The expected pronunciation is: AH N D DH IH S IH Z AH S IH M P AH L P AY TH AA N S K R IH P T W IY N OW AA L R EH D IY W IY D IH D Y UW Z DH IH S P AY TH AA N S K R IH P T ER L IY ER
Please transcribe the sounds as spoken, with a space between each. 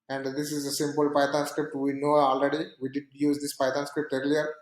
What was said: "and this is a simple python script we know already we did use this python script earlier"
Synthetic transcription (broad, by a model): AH N D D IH S IH Z AH S IH M P AH L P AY T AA N S K R IH P T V IY N OW AA L R EH D IY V IY D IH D Y UW Z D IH S P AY T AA N S K R IH P T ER L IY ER